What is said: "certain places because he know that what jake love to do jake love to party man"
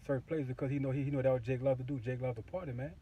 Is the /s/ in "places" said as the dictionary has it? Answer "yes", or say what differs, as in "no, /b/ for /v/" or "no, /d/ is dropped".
no, /s/ is dropped